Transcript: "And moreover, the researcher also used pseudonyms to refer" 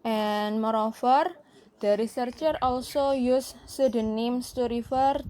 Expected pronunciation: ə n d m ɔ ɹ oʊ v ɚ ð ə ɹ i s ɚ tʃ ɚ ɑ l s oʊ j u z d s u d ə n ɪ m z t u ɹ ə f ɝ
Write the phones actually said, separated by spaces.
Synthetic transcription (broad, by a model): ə n m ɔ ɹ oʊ f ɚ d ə ɹ i s ɚ tʃ ɚ ɑ l s oʊ j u s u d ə n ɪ m s t u ɹ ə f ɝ